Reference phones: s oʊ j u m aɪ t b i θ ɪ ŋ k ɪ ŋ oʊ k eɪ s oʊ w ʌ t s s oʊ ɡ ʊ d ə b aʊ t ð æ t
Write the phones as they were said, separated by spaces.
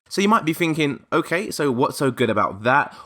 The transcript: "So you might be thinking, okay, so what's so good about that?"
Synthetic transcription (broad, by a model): s oʊ j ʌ m aɪ t b i θ ɪ ŋ k ɪ ŋ oʊ k eɪ s oʊ w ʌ t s s oʊ ɡ ʊ d ə b aʊ t ð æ t